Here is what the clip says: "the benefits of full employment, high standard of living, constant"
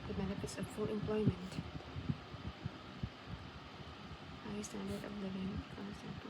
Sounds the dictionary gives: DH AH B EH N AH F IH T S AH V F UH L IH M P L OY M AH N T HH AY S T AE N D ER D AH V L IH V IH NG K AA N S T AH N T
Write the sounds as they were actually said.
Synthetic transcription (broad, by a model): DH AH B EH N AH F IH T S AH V F UH L IH M P L OY M AH N T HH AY S T AE N D ER D AH V L IH V IH NG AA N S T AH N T